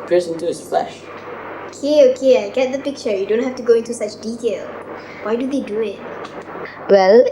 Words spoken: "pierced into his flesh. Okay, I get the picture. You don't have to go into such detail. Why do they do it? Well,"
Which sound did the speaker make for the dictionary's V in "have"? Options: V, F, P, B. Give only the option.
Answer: F